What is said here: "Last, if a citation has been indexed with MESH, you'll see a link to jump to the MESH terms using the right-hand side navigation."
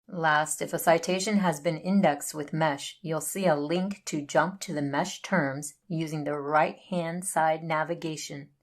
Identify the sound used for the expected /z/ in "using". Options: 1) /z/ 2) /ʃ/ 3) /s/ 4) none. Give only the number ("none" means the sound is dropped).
1